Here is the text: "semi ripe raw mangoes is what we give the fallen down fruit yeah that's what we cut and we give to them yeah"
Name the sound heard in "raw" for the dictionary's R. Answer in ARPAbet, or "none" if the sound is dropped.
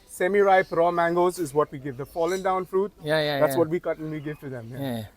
R